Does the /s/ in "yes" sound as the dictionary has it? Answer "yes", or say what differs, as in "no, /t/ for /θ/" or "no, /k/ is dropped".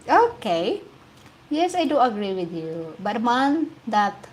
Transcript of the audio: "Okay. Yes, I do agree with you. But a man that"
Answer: yes